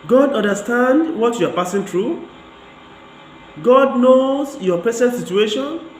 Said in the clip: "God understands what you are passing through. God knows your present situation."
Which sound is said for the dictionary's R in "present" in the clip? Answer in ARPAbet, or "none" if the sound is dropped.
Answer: none